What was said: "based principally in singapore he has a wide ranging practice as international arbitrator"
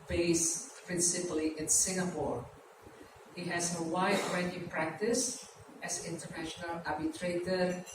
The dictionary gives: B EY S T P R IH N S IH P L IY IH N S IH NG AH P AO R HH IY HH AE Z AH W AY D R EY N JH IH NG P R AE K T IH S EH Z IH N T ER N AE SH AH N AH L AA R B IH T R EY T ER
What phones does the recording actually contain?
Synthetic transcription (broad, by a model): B EY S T P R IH N S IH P L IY IH N S IH NG AH P AO R HH IY HH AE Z AH W AY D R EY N IH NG P R AE K T IH S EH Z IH N T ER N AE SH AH N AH L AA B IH T R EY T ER